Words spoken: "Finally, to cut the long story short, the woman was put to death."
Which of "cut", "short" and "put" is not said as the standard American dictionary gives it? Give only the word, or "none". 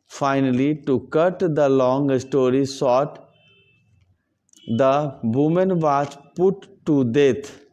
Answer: short